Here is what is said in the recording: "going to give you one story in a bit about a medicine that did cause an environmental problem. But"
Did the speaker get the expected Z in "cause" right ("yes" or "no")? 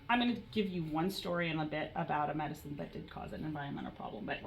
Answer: yes